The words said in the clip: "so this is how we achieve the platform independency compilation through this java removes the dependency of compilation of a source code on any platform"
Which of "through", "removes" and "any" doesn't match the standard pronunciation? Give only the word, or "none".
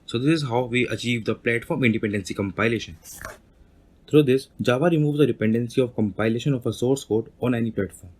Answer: through